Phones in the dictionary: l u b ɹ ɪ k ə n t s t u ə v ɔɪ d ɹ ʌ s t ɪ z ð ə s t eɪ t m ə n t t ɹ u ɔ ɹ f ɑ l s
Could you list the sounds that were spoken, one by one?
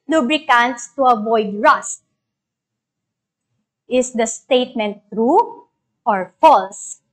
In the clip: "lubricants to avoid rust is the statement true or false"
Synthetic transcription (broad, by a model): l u b ɹ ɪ k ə n t s t u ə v ɔɪ d ɹ ʌ s t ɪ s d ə s t eɪ t m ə n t t ɹ u ɔ ɹ f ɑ l s